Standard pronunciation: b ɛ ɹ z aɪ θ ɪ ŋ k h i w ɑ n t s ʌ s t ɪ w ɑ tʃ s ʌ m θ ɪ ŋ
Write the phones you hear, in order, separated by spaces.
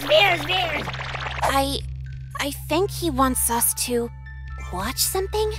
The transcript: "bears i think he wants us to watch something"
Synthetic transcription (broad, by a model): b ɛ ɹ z aɪ θ ɪ ŋ k h i w ɑ n t s ʌ s t ɪ w ɑ tʃ s ʌ m θ ɪ ŋ